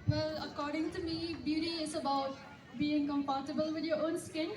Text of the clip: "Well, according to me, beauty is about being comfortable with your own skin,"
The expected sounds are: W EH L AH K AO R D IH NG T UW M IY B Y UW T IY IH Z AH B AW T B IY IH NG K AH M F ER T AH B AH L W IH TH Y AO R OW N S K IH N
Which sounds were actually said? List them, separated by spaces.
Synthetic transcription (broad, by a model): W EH L AH K AO R D IH NG T UW M IY B Y UW T IY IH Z AH B AW T B IY IH NG K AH M P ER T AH B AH L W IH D Y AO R OW N S K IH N